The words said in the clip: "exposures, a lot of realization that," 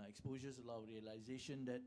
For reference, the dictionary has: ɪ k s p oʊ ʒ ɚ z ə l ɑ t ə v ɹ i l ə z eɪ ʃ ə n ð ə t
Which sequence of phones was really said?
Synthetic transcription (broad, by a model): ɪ k s p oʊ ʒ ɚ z ə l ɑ ə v ɹ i l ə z eɪ ʃ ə n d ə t